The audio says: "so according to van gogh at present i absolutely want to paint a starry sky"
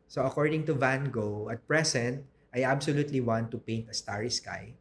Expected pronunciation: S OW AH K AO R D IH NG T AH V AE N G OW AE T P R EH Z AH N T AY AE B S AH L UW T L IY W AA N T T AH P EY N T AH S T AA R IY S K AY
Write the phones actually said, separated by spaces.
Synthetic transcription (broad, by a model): S OW AH K AO R D IH NG T AH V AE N G OW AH T P R EH S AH N T AY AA B S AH L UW T L IY W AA N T T AH P EY N T AH S T AA R IY S K AY